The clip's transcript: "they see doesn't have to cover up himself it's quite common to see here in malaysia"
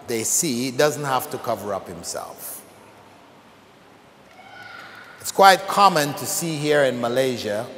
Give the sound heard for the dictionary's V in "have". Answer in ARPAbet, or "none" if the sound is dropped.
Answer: F